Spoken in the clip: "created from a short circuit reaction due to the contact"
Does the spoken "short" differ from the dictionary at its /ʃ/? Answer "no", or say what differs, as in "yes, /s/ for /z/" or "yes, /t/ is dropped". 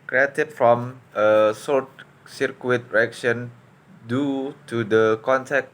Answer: yes, /s/ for /ʃ/